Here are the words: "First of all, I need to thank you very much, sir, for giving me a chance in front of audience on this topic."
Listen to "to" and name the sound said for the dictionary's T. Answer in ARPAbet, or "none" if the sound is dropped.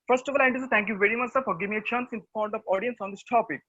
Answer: S